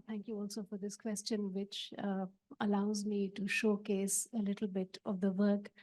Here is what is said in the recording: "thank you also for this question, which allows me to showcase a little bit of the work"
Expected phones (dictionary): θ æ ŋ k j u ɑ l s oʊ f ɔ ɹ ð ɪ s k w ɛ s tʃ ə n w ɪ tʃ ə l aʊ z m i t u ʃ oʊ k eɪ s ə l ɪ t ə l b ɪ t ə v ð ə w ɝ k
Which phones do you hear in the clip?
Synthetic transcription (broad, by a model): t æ ŋ k j u ɑ l s oʊ f ɔ ɹ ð ɪ s k w ɛ s tʃ ə n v ɪ tʃ ə l aʊ z m i t u ʃ oʊ k eɪ s ə l ɪ t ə l b ɪ t ə v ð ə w ɝ k